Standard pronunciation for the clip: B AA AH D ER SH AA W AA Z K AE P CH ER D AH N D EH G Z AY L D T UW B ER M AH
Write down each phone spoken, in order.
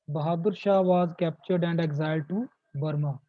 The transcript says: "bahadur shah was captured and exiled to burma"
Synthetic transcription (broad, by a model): B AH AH D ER SH AA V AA Z K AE P CH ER D AH N D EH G Z AY D T UW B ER M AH